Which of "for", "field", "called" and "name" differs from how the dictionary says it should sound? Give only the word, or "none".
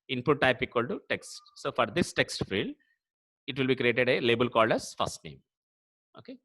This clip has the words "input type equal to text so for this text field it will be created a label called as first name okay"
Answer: none